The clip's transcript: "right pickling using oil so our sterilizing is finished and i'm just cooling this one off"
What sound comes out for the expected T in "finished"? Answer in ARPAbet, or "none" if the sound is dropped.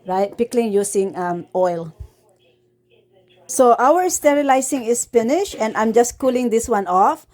none